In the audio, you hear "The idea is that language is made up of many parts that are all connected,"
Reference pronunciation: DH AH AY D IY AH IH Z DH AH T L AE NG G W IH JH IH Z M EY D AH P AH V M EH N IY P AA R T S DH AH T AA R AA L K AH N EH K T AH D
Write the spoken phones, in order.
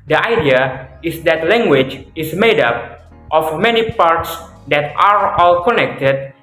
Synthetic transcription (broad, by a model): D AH AY D IY AH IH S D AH T L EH NG G W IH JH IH S M EY D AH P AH F M EH N IY P AA R T S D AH T AA R AA L K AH N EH K T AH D